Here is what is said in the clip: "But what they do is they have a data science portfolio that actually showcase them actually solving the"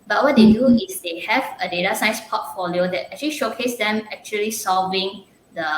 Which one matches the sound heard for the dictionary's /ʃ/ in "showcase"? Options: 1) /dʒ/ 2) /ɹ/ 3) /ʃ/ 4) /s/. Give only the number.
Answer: 3